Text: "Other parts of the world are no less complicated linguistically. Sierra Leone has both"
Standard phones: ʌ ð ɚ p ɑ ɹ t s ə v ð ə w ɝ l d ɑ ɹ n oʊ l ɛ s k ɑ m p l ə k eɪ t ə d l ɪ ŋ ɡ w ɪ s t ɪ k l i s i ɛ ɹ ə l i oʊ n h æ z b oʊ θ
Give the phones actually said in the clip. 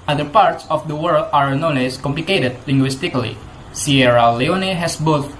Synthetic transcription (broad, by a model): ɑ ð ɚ p ɑ ɹ t s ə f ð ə w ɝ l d ɑ ɹ n oʊ n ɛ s k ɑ m p l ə k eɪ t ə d l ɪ ŋ ɡ w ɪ s t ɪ k l i s i ɛ ɹ ə l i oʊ n h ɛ s b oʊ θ